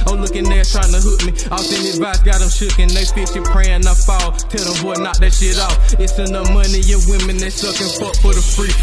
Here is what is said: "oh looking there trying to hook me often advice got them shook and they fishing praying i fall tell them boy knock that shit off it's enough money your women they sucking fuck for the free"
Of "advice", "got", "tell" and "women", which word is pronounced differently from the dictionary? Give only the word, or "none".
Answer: advice